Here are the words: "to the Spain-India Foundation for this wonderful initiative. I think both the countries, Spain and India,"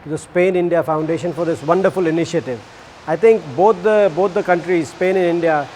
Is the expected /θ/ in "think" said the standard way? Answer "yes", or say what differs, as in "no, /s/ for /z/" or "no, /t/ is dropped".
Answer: no, /t/ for /θ/